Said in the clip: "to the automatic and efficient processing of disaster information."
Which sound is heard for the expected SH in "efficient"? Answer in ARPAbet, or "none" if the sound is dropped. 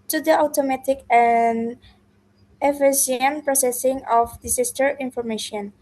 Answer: S